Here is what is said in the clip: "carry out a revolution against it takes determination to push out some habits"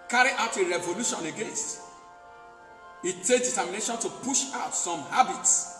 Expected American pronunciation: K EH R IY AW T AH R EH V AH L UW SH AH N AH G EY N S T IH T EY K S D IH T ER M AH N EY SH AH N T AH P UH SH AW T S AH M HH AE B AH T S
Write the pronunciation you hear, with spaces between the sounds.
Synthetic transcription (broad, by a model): K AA R IY AW T AH R EH V AH L UW SH AH N AH G EY N S T IH T EY K D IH T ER M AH N EY SH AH N T AH P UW SH AW T S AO M HH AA B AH T S